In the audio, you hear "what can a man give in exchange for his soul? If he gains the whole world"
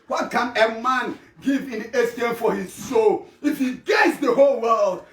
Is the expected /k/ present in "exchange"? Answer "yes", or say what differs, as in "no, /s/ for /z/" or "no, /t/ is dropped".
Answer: no, /k/ is dropped